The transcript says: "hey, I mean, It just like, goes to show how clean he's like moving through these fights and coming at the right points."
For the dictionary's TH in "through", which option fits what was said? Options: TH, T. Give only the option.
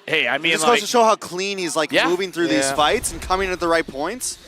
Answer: TH